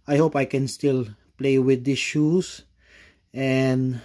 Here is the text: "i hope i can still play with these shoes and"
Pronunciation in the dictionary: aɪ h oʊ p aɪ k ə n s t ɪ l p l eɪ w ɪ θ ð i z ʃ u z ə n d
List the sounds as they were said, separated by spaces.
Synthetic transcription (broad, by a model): aɪ h oʊ p aɪ k ə n s t ɪ l p l eɪ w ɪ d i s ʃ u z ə n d